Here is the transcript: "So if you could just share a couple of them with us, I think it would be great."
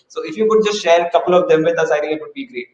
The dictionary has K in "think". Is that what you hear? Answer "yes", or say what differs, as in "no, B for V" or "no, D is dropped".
no, K is dropped